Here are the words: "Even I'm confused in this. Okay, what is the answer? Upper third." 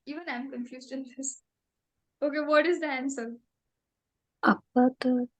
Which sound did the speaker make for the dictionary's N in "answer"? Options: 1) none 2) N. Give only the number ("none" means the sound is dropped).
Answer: 2